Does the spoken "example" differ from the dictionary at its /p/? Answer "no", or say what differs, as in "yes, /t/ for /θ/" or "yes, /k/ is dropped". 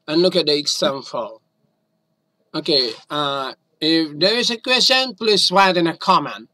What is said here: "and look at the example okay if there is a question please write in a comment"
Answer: yes, /f/ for /p/